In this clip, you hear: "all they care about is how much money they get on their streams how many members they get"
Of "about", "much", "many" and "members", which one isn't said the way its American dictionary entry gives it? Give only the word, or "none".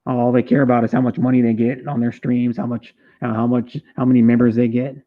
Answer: none